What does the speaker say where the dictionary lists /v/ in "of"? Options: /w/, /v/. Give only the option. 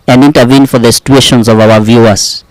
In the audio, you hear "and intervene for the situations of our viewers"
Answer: /v/